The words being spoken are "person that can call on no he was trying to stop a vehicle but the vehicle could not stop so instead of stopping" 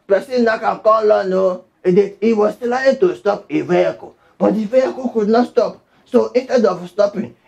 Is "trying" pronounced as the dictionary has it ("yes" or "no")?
no